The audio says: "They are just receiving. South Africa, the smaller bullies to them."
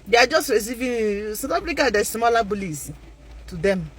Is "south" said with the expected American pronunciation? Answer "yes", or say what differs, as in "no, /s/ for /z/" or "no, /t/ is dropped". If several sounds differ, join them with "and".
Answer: no, /t/ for /θ/